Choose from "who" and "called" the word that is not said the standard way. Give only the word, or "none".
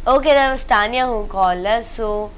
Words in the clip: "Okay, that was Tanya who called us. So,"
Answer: called